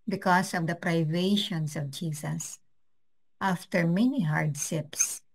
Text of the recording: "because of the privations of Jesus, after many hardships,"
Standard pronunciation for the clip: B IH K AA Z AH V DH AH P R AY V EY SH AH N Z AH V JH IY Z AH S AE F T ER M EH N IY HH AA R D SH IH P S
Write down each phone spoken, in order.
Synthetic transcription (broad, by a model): B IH K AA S AH V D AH P R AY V EY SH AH N S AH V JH IY S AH S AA F T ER M EH N IY HH AA R D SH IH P S